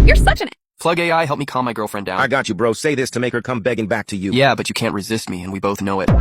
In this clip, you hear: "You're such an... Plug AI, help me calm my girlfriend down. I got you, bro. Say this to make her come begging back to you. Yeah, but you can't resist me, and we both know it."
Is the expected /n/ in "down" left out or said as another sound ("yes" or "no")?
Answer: yes